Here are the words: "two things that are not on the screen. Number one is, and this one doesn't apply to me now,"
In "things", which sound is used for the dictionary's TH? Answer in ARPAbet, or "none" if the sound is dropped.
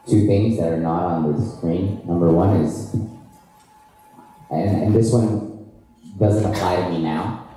TH